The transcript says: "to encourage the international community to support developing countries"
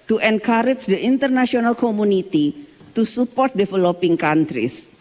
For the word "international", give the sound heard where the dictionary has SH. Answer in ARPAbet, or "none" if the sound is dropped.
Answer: S